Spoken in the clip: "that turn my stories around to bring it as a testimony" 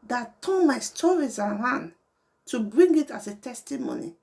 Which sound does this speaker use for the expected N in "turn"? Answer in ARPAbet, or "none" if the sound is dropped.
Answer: L